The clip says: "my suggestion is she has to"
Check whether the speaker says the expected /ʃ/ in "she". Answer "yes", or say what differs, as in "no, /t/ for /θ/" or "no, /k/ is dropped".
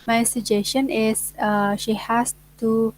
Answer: yes